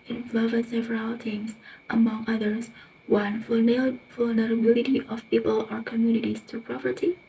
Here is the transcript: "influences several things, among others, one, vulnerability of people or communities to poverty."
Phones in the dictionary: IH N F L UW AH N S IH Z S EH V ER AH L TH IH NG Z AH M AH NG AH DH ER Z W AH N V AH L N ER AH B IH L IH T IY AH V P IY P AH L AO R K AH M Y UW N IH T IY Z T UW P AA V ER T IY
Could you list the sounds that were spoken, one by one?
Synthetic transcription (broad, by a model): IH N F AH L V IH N S EH V ER AH L T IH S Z AH M AH NG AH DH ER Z W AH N V AH L N ER AH B IH L IH T IY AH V P IY P AH L AO R K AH M Y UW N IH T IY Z T UW P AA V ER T IY